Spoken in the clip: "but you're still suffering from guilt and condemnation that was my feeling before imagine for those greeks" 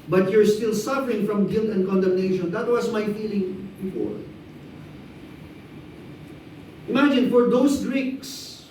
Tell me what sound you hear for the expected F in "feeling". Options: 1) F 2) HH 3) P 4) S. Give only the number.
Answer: 1